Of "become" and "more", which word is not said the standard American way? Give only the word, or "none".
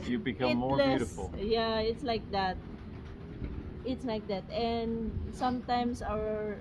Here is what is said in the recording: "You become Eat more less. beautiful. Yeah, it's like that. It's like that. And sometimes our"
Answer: become